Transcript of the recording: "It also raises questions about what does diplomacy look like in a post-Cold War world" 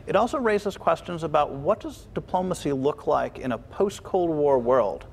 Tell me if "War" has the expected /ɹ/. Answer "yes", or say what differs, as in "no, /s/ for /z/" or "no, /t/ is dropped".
yes